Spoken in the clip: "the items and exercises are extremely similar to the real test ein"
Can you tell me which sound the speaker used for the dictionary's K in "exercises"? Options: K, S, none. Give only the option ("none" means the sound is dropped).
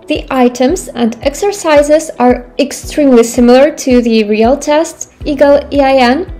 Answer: K